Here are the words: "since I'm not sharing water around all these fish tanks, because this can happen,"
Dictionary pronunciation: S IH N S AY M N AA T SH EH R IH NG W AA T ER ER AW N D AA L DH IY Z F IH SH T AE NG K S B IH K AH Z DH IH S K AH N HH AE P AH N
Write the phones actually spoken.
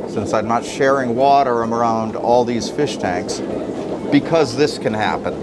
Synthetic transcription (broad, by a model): S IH N S AY M N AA T SH EH R IH NG W AA T ER ER AW N D AA L DH IY Z F IH SH T AE NG K S B IH K AH Z DH IH S K AH N HH AE P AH N